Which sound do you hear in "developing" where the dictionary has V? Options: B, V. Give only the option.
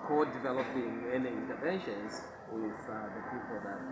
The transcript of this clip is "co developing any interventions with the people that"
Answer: V